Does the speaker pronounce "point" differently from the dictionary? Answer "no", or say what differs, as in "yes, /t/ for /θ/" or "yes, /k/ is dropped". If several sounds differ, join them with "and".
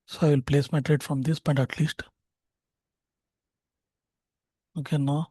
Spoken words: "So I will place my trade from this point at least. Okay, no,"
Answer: yes, /b/ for /p/